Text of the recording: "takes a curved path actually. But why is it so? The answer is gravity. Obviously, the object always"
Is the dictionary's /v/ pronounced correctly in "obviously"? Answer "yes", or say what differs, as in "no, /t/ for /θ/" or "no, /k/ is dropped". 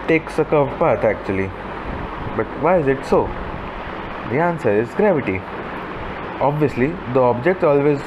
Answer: yes